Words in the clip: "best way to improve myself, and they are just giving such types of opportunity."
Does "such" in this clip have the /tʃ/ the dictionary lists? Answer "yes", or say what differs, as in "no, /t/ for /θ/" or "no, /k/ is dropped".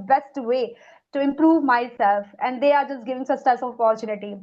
no, /s/ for /tʃ/